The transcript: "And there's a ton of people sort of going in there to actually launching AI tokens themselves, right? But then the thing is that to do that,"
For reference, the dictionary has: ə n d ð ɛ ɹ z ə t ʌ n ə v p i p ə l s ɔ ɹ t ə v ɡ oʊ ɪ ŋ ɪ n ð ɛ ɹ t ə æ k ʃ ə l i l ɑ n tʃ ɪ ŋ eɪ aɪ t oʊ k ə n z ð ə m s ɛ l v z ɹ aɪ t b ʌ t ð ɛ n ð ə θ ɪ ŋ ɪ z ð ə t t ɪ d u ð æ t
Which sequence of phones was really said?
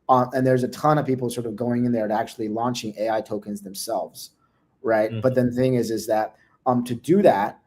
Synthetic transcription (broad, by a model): ə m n ð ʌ ɹ z ə t ʌ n ə v p i p l s ɔ ɹ t ə v ɡ oʊ ɪ ŋ ɪ n ð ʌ ɹ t æ k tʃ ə l i l ɑ n tʃ ɪ ŋ eɪ aɪ t oʊ k ə n z ð ə m s ɛ l v z ɹ aɪ t b ʌ t ð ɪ n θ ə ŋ ɪ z ɪ z ð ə t t ɪ d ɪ ð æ t